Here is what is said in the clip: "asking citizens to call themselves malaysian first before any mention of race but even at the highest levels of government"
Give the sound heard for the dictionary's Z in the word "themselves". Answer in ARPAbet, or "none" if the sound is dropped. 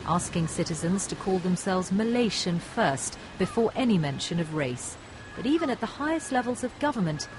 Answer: Z